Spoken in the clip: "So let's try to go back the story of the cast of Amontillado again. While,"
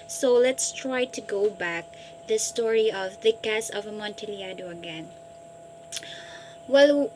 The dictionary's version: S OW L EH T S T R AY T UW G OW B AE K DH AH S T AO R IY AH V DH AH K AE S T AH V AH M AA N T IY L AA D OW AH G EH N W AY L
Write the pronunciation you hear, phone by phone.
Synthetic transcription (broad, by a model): S OW L EH T S T R AY T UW G OW B AE K DH AH S T AO R IY AH V DH AH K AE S AH V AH M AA N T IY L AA D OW AH G EH N W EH L